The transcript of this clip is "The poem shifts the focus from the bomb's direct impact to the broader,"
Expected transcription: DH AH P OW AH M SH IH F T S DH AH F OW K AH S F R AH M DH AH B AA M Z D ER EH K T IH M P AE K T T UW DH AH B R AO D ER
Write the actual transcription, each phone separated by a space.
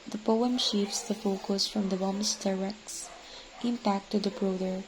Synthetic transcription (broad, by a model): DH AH P OW AH M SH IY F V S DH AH F OW K AH S F R AH M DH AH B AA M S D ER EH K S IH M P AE K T T UW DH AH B R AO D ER